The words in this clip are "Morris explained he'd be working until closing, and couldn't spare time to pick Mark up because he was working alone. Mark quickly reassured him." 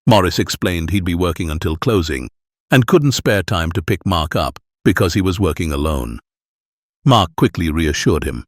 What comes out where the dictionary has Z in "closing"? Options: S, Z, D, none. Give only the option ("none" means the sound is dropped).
Z